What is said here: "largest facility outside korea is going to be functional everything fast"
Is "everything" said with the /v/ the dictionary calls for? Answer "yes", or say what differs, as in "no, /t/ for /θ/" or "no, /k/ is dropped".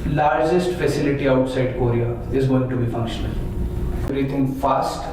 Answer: no, /v/ is dropped